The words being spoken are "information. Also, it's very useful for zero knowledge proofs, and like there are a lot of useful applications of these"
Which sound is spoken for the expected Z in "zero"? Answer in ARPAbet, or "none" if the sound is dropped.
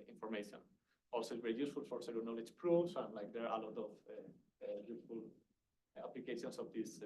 S